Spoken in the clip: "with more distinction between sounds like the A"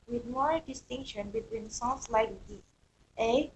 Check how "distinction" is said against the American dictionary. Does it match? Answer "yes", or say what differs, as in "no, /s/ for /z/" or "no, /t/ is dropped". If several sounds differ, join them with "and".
yes